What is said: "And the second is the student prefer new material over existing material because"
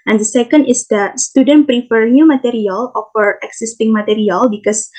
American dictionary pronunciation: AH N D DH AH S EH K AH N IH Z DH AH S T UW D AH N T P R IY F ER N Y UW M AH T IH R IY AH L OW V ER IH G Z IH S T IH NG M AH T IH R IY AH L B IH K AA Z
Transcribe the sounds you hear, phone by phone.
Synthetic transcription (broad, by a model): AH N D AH S EH K AH N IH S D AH S T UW D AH N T P R IY F ER N Y UW M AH T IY R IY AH L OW F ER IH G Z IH S T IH NG M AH T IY R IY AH L B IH K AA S